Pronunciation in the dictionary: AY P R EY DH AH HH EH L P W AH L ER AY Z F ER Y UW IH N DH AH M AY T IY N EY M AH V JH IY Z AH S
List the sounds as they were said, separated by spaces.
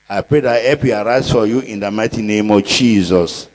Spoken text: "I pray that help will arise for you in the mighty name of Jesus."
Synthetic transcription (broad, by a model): AY P R EY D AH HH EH P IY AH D AY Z F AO Y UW IH N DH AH M AY T IY N EY M AH V JH IY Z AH S